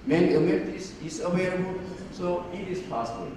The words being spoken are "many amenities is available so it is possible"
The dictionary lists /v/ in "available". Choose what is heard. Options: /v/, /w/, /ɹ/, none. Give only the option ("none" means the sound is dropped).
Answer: /w/